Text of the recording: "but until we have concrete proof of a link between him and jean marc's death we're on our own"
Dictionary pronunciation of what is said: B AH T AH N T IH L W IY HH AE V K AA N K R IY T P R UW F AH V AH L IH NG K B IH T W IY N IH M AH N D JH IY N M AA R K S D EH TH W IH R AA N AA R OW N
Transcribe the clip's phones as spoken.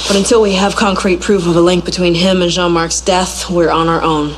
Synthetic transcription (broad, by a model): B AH T AH N T IH L W IY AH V K AA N K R IY T P R UW F AH V AH L IH NG K B IH T W IY N IH M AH N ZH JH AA N M AA R K S D EH TH W IH R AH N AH R OW N